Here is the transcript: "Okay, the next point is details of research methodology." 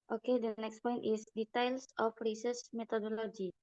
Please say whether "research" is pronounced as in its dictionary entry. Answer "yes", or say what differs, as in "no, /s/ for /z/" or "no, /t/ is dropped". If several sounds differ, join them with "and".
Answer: no, /s/ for /tʃ/